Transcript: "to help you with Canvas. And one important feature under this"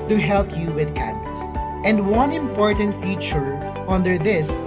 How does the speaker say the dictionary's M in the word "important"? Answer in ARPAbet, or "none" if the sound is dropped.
M